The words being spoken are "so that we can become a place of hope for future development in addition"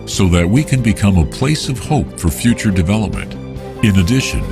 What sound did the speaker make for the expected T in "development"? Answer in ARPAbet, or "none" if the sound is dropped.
T